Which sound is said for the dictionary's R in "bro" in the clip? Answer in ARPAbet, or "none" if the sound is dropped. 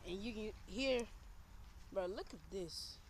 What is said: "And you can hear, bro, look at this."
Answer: none